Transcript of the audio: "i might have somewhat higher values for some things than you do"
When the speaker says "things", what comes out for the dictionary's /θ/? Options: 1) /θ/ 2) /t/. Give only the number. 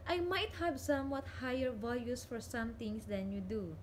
2